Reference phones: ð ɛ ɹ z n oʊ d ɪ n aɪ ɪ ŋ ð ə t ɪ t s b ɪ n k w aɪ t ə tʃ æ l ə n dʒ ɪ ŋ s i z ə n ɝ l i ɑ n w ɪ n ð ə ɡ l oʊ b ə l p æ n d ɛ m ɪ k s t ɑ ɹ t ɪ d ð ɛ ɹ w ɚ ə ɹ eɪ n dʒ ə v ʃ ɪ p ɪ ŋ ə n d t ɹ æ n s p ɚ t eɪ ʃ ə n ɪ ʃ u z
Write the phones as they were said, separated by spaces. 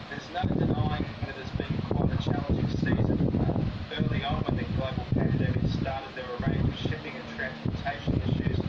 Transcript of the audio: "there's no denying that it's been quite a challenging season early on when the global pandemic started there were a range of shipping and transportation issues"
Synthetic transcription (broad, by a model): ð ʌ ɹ z n oʊ d ɪ n aɪ ɪ ŋ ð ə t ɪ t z b ɪ n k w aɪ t ə tʃ æ l ə n dʒ ɪ ŋ s i z ə n ɝ l i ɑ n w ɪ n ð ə ɡ l oʊ b ə l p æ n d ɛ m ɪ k s t ɑ ɹ t ɪ d ð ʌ ɹ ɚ ə ɹ eɪ n dʒ ə v ʃ ɪ p ɪ ŋ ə n t ɹ æ n s p ɚ t eɪ ʃ ə n ɪ ʃ u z